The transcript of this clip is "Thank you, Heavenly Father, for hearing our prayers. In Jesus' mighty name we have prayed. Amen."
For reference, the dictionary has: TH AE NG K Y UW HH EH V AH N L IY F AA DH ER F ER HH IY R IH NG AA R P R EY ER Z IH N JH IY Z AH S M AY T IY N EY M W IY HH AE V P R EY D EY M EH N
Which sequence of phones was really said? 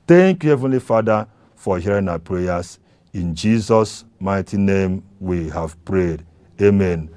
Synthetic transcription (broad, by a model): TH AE NG K Y UW HH EH V AH N L IY F AA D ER F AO HH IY R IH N AA P R EY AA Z IH N JH IY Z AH S M AY T IY N EY M W IY HH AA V P R EY D EY M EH N